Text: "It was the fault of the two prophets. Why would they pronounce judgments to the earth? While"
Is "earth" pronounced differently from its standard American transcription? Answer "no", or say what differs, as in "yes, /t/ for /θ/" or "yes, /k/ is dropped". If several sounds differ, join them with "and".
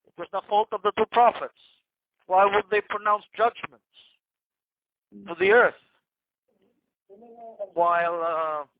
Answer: no